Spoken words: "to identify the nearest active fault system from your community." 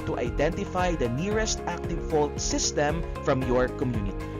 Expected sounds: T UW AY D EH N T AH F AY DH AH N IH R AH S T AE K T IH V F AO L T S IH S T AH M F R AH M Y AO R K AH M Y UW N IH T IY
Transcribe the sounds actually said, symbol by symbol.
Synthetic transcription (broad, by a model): T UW AY D EH N T AH F AY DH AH N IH R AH S T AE K T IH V F AO L T S IH S T AH M F R AH M Y AO R K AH M Y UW N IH T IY